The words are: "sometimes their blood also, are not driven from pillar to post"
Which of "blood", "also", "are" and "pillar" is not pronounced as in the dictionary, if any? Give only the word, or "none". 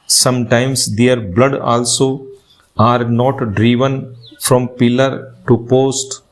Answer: none